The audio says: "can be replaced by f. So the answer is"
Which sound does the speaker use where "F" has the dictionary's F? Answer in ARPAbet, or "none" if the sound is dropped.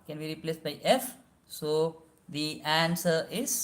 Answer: F